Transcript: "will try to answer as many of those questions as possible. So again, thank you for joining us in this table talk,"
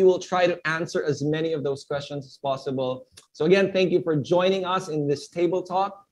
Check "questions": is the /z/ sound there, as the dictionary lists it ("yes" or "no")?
yes